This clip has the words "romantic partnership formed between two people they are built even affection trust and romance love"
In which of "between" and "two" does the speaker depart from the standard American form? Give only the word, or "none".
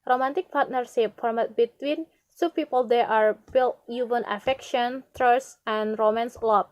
two